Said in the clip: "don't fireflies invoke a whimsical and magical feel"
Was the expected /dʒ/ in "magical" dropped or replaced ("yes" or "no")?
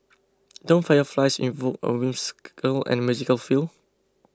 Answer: yes